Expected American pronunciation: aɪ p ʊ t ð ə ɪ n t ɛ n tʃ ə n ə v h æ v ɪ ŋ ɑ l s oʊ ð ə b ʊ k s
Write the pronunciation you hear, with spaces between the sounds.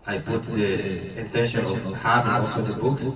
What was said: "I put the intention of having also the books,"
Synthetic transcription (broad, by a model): aɪ p ʊ t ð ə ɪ n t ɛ n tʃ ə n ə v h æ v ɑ s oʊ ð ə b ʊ k s